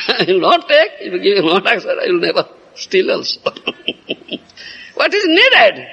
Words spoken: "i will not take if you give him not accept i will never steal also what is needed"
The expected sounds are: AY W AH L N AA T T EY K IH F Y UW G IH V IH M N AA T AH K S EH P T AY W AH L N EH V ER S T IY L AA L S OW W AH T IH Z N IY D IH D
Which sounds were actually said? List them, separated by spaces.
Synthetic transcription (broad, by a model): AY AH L N AA T T EY K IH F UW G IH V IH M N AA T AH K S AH T AY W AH L N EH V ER S T IY L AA L S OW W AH T IH Z N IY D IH D